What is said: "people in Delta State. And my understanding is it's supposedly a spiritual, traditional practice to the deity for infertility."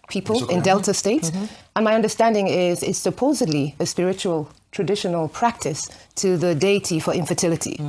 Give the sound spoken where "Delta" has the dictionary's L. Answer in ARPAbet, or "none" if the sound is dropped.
L